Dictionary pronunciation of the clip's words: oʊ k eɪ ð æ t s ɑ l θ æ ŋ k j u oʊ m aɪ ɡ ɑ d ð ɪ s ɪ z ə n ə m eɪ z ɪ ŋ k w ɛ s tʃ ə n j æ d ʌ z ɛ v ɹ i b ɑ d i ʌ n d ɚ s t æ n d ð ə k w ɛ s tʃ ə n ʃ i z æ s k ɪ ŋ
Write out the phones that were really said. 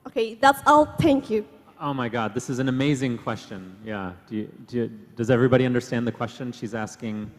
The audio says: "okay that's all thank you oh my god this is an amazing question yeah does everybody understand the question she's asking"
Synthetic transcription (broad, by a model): oʊ k eɪ ð æ t s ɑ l θ æ ŋ k j u oʊ m aɪ ɡ ɑ d ð ɪ s ɪ z n ə m eɪ z ɪ ŋ k w ɛ s tʃ ə n j æ d ʌ z ɛ v ɹ i b ɑ d i ʌ n d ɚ s t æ n ð ə k w ɛ s tʃ ə n ʃ i z æ s k ɪ ŋ